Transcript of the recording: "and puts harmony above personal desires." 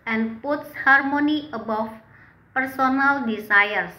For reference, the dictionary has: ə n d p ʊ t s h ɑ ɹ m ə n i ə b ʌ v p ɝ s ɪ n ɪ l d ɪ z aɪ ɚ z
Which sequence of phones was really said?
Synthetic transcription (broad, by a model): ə n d p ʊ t s h ɑ ɹ m ə n i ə b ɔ f p ɝ s ɪ n ɪ l d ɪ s aɪ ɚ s